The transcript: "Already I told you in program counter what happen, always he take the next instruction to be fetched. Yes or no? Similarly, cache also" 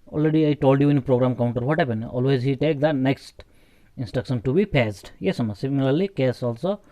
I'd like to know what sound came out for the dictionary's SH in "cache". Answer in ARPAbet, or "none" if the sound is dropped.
S